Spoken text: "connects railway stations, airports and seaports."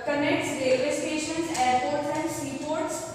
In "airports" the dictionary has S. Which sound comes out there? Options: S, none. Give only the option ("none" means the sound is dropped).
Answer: none